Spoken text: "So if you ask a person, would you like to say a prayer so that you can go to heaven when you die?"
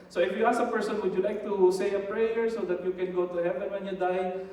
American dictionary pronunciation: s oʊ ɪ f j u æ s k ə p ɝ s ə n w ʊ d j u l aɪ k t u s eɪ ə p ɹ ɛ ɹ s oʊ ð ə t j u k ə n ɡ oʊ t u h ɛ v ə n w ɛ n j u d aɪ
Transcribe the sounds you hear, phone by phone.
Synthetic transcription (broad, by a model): s oʊ ɪ f j u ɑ s ə p ɝ s ə n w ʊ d j u l aɪ k t u s eɪ ə p ɹ ɛ ɹ s oʊ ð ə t j u k ə n ɡ oʊ t u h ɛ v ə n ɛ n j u d aɪ